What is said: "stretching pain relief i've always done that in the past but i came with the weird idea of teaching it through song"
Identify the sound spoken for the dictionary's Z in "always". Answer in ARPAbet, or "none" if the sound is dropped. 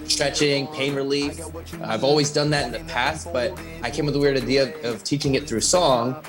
Z